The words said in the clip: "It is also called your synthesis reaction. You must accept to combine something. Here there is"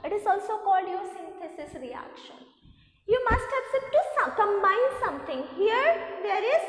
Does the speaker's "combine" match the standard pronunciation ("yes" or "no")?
no